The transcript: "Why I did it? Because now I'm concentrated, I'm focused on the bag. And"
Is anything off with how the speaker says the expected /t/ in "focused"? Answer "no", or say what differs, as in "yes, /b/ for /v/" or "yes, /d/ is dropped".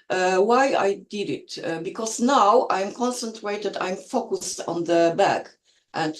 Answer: no